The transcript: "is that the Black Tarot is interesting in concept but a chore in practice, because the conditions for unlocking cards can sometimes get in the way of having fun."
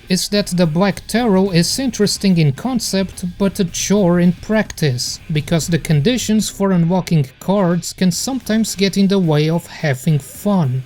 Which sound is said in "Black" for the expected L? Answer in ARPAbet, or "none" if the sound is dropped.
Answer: L